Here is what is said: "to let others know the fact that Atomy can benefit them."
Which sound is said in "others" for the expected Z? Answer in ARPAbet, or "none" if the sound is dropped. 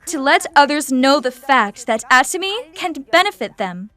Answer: Z